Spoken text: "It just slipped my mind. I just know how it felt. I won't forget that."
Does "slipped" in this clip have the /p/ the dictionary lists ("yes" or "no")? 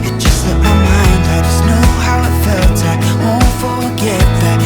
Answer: no